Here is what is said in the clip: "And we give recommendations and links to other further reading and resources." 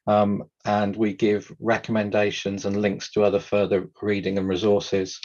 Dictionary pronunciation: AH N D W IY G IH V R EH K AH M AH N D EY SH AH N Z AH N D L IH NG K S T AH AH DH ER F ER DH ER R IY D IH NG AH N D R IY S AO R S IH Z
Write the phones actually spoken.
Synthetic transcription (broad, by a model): AH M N W IY G IH V R EH K AH M AH N D EY SH AH N Z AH N L IH NG K S T AH AH DH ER F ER DH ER R IY D IH NG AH N R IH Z AO S IH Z